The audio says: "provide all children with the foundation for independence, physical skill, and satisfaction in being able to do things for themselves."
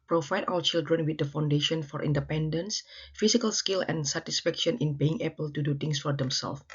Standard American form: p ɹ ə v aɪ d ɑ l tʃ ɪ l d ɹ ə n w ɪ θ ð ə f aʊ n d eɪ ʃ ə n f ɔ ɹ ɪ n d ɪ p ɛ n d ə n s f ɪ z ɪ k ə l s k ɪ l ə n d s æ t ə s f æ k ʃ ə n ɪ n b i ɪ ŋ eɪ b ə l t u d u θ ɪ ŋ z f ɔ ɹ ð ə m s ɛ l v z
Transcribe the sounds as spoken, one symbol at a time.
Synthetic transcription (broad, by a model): p ɹ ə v aɪ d ɑ w tʃ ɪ l d ɹ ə n w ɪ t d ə f aʊ n d eɪ ʃ ə n f ɔ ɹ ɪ n d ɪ p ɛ n d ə n s f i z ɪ k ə l s k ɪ l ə n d s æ t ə s f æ k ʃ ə n ɪ n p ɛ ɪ ŋ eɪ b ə l t u d u t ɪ ŋ s f ɔ ɹ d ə m s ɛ l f